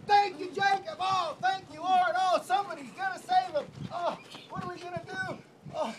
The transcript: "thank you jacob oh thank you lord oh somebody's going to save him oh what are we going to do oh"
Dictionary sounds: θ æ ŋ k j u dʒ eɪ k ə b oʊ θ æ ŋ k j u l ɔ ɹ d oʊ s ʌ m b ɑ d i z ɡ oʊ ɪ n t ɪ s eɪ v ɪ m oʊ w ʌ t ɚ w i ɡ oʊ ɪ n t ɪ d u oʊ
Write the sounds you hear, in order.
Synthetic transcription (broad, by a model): θ æ ŋ k j u dʒ eɪ k ə b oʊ θ æ ŋ k j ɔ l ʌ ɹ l s ʌ m b ɑ d i z ɡ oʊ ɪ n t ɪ s eɪ v ɪ m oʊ w ʌ t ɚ w i ɡ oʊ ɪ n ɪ d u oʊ